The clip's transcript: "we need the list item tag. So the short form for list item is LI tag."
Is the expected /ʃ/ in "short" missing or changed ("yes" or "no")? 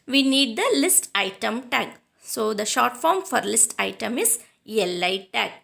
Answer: no